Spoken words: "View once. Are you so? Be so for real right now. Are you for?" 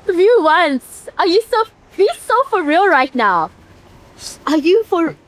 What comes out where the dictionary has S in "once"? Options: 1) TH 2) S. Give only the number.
2